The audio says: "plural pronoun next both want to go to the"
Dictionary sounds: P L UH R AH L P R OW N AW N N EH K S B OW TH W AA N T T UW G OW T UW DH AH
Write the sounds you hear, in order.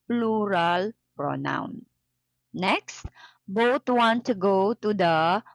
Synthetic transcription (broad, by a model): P L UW R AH L P R OW N AW N N EH K S B OW T W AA N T T UW G OW T UW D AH